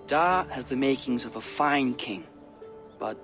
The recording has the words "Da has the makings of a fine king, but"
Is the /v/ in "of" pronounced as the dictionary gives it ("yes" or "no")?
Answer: yes